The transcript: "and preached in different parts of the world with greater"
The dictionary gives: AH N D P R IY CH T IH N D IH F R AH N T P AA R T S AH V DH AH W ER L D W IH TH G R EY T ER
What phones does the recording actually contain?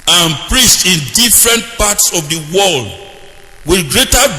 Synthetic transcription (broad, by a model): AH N P R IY S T IH N D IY F R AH N T P AA T S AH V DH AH W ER L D W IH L G R EY T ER